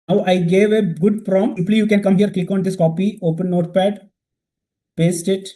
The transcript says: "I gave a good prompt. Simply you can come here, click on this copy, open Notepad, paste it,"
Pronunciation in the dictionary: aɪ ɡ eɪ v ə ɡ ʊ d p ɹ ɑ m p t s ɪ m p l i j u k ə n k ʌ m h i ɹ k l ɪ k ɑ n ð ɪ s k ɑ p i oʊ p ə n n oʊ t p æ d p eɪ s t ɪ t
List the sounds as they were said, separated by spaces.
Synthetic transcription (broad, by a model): aɪ ɡ eɪ v ə ɡ ʊ d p ɹ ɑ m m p l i j u k ə n k ʌ m h i ɹ k l ɪ k ɑ n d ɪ s k ɑ p i oʊ p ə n n oʊ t p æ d p eɪ s t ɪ t